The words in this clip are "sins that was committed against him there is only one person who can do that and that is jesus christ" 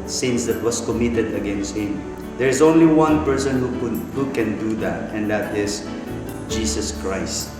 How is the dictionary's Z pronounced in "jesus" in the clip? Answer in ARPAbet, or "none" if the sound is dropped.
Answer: S